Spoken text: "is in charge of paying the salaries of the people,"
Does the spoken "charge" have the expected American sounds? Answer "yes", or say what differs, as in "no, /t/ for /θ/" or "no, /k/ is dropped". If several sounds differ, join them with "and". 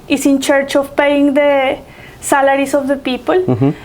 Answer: no, /tʃ/ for /dʒ/